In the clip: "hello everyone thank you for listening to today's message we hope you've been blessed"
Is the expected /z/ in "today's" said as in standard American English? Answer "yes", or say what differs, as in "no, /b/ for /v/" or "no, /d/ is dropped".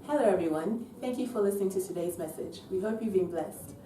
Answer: yes